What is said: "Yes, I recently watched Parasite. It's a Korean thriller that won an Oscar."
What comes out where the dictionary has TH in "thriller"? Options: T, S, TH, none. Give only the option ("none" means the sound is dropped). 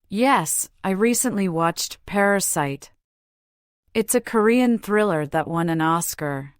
TH